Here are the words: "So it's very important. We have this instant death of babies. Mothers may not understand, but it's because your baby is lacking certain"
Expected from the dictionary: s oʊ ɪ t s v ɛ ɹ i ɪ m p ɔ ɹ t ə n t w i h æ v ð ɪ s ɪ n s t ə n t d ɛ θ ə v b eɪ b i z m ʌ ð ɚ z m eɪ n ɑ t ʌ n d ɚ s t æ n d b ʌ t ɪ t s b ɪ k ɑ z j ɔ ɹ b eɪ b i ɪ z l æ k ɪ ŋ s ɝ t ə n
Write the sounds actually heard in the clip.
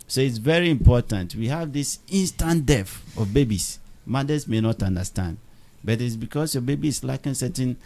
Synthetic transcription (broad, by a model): s oʊ ɪ t s v ɛ ɹ i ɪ m p ɔ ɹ t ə n t w i h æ v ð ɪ s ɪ n s t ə n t d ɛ f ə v b eɪ b i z m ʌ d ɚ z m eɪ n ɑ t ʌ n d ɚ s t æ n d b ʌ t ɪ t s b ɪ k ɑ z j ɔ b eɪ b i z l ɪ k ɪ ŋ s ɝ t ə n